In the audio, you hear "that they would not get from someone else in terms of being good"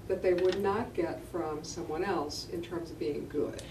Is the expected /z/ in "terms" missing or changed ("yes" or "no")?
no